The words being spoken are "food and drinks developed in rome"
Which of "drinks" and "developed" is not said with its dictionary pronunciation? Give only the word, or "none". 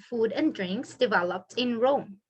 none